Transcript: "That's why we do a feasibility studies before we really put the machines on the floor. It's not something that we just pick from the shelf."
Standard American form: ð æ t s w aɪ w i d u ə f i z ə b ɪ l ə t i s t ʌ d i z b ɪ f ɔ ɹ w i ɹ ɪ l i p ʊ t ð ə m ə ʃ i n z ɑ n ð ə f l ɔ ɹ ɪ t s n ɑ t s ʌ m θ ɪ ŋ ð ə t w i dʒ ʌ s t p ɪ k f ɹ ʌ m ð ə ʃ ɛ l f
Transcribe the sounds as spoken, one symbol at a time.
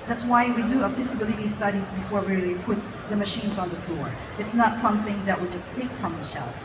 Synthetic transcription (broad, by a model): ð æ t s w aɪ w i d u ə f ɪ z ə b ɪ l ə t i s t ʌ d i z b ɪ f ɔ ɹ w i ɹ ɪ l i p ʊ t ð ə m ə ʃ i n z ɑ n ð ə f l ɔ ɹ ɪ t s n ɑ t s ʌ m θ ɪ ŋ ð ə t w i dʒ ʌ s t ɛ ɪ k f ɹ ʌ m ð ə ʃ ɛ l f